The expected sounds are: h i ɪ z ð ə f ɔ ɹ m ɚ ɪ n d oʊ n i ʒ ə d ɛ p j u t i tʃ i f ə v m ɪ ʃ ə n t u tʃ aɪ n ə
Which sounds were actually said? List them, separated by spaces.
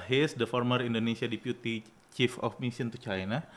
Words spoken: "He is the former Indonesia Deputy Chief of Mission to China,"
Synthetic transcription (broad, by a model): h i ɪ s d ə f ɔ ɹ m ɚ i n d oʊ n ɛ s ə d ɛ p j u t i tʃ i f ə f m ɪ s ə n t u tʃ aɪ n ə